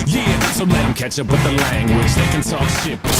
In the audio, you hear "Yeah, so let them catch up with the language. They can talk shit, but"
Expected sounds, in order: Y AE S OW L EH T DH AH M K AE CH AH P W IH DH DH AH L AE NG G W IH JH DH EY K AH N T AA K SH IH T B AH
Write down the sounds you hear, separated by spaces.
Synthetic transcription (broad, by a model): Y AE S OW L EH T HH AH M K AE CH AH P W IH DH DH AH L AE NG G W IH JH DH EY K AH N S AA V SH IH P